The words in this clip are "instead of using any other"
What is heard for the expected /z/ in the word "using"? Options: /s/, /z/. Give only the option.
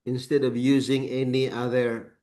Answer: /z/